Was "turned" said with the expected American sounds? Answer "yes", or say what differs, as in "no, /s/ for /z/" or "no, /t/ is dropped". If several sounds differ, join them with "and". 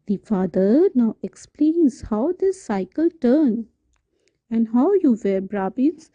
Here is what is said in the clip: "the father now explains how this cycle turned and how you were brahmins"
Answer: no, /d/ is dropped